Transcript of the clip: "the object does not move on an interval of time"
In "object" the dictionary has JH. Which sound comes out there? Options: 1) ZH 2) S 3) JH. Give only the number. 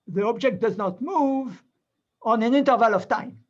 3